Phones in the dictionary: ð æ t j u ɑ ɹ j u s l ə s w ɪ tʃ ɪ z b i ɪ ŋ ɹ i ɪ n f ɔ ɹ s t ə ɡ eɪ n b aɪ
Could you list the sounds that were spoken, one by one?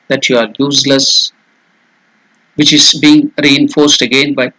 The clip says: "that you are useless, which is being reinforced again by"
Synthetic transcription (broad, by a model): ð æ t j u ɑ ɹ j u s l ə s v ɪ tʃ ɪ z b i ɪ ŋ ɹ i ɪ n f ɔ ɹ s t ə ɡ eɪ n b aɪ